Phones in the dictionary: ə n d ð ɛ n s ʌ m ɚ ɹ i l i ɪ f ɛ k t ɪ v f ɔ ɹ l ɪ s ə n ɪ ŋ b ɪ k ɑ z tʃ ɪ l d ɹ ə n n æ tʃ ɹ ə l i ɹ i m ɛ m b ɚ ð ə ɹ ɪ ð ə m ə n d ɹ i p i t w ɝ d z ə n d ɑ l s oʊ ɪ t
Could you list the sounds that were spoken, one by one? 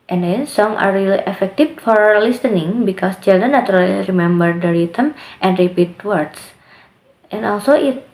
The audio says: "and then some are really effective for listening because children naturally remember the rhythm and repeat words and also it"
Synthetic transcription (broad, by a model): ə n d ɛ n s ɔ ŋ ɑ ɹ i l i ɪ f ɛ k t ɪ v f ɔ ɹ l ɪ s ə n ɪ ŋ b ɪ k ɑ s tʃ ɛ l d ə n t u ɹ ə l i ɹ i m ɛ m b ɚ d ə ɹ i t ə m ə n d ɹ i p i t w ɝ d s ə n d ɑ l s oʊ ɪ t